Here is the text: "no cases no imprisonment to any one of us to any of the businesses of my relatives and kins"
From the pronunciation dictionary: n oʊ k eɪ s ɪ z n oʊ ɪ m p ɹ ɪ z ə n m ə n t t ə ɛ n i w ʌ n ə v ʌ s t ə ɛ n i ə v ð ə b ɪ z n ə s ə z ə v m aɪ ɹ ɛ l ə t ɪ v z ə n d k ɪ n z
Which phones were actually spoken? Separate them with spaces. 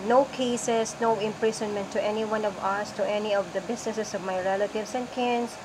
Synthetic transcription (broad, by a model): n oʊ k eɪ s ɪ s n oʊ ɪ m p ɹ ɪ s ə n m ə n t t ɛ n i w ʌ n ə v ʌ s t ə ɛ n i ə v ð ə b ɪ s n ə s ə s ə v m aɪ ɹ ɛ l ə t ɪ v s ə n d k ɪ n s